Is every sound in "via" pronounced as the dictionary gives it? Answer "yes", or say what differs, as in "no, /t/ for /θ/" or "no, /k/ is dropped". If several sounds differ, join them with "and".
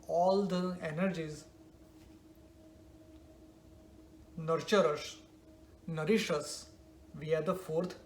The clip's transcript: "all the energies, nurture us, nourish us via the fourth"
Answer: yes